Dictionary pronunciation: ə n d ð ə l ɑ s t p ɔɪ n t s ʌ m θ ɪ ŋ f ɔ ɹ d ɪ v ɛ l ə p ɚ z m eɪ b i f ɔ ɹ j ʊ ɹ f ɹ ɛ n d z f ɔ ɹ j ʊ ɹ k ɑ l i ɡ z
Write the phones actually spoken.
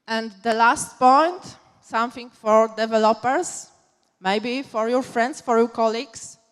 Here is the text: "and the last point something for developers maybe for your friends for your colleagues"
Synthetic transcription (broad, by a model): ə n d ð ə l ɑ s t p ɔɪ n t s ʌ m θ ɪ ŋ f ɔ ɹ d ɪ v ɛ l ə p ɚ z m eɪ b i f ɔ ɹ j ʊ ɹ f ɹ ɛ n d s f ɔ ɹ j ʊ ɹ k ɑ l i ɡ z